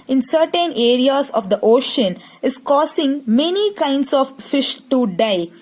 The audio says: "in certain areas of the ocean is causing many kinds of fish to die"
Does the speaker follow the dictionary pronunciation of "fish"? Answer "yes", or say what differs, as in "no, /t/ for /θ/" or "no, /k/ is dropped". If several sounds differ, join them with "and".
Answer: yes